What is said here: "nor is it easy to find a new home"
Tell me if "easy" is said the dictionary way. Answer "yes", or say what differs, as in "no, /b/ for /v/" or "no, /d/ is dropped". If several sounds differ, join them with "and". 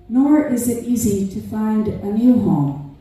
yes